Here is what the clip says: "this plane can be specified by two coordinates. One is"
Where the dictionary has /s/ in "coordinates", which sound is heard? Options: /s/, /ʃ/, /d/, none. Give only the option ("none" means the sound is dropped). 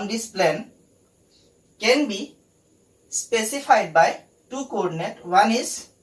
none